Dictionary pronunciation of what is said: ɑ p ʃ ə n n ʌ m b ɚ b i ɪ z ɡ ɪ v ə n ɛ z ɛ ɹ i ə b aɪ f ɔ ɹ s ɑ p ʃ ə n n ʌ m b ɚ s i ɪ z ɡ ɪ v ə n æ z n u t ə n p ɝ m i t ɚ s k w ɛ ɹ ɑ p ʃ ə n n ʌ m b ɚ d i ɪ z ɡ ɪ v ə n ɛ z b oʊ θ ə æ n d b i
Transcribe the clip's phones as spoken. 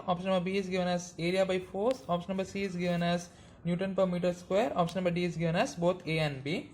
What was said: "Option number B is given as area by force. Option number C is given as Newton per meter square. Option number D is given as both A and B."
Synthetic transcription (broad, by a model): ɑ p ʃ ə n n ʌ m b ɚ b i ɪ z ɡ ɪ v ə n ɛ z ɛ ɹ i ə b aɪ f ɔ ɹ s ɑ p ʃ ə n n ʌ m b ɚ s i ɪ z ɡ ɪ v ə n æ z n u t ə n p ɝ m i t ɚ s k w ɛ ɹ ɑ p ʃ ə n n ʌ m b ɚ d i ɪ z ɡ ɪ v ə n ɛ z b oʊ t ə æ n d b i